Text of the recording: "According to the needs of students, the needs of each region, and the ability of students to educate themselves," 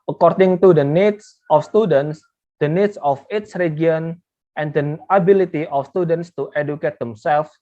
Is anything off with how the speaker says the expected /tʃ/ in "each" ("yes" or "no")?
yes